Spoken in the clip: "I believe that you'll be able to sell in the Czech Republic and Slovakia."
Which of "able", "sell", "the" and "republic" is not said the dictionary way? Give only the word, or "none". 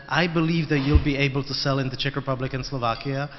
none